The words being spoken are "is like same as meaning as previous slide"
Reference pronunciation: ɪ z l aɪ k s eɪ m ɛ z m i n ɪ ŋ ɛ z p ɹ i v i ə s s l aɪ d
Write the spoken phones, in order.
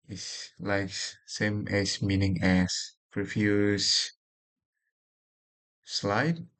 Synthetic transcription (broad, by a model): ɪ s l aɪ k s eɪ m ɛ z m i n ɪ ŋ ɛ s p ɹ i f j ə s s l aɪ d